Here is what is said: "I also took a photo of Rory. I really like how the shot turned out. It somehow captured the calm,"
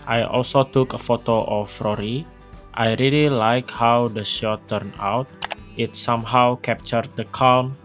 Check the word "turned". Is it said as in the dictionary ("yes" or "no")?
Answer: no